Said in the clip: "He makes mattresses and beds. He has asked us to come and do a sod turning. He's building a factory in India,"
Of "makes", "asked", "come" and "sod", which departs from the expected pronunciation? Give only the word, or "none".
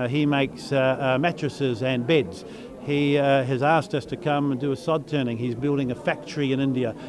none